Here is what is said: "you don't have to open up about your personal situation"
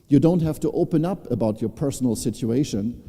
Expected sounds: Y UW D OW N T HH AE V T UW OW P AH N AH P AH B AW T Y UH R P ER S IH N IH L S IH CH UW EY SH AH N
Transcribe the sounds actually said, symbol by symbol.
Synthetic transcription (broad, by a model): Y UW D OW N T HH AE F T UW OW P AH N AH P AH B AW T Y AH R P ER S N L S IH CH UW EY SH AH N